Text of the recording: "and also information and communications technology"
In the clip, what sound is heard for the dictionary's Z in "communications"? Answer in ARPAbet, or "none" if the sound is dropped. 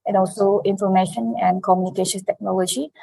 none